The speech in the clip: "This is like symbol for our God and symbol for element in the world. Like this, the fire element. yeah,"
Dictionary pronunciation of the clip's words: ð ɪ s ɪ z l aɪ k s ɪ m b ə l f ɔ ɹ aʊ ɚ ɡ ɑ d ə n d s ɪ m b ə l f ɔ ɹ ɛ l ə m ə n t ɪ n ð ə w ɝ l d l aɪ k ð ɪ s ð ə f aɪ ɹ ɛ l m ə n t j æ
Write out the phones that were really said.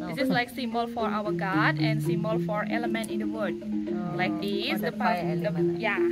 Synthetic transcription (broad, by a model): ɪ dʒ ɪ s l aɪ k s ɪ m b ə l f ɔ ɹ aʊ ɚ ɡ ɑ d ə n s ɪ m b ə l f ɔ ɹ ɛ l ə m ə n t ɪ n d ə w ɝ d l aɪ k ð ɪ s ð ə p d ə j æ